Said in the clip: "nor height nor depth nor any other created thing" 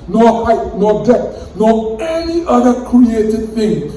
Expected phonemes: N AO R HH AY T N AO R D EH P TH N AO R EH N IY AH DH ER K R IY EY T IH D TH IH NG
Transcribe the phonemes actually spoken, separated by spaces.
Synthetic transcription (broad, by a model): N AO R HH AY T N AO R D EH TH N AO R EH N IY AH DH ER K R IY EY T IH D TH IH NG